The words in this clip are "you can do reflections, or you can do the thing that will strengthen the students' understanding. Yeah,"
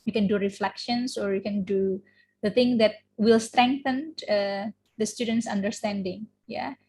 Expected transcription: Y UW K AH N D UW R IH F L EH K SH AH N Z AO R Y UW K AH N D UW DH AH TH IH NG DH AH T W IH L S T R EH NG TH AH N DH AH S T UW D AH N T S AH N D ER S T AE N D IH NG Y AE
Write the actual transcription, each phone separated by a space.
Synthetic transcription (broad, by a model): Y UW K AH N D UW R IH F L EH K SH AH N S AO R Y UW K AH N D UW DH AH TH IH NG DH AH T W IH L S T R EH NG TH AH N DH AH S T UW D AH N T S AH N D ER S T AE N D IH NG Y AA